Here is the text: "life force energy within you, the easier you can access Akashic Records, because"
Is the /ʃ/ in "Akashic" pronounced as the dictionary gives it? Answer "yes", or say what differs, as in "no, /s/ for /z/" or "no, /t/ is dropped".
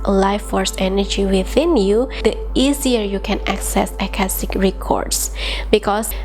no, /s/ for /ʃ/